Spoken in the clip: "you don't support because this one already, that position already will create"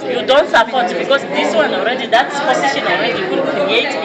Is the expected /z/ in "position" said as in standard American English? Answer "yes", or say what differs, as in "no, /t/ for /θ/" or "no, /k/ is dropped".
no, /s/ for /z/